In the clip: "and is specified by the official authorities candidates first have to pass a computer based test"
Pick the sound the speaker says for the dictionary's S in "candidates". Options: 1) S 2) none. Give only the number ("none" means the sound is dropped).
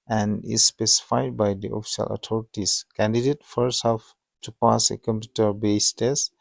2